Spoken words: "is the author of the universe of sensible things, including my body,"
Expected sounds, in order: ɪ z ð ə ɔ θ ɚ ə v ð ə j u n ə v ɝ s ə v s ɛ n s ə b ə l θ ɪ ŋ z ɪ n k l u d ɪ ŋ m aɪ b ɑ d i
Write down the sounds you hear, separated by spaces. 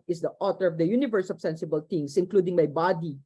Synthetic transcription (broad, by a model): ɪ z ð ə ɔ t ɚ ə v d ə j u n ə v ɝ s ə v s ɛ n s ə b ə l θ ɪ ŋ s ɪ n k l u d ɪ ŋ m aɪ b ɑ d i